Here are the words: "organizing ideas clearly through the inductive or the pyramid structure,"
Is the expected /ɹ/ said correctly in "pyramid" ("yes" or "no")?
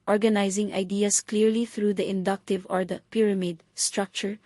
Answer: yes